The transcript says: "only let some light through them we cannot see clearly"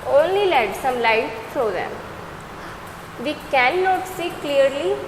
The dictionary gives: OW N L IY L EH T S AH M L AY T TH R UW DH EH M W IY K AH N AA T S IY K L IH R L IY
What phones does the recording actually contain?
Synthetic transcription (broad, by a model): OW N L IY L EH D S AH M L AY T T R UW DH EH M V IY K AH N AA T S IY K L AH R L IY